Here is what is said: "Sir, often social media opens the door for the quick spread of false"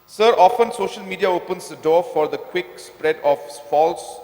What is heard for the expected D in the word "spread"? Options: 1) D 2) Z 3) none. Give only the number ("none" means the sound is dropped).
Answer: 1